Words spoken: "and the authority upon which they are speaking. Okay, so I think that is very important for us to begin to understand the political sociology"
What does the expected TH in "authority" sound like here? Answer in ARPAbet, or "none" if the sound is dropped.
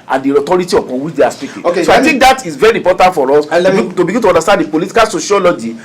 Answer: T